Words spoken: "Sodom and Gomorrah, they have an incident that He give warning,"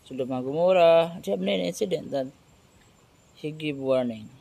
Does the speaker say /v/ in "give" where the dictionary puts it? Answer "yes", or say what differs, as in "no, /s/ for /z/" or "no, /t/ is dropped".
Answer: no, /b/ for /v/